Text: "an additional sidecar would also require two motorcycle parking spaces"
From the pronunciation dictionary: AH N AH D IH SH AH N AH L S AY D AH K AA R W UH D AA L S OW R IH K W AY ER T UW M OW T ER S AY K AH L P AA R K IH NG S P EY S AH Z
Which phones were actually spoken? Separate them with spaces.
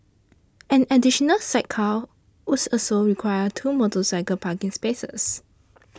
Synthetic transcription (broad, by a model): AH N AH D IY SH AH N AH L S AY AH K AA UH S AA S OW R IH K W AY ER T UW M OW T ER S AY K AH P AA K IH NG S P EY S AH S